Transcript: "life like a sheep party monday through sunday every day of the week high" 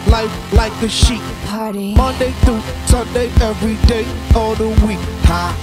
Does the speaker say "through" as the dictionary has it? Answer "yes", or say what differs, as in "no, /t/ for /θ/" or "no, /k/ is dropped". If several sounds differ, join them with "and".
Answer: no, /ɹ/ is dropped